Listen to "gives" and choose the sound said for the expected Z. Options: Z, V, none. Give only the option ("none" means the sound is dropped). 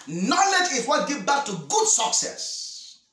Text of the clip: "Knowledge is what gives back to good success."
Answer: none